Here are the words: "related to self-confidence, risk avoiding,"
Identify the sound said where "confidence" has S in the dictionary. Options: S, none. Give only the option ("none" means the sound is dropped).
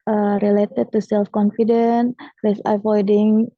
none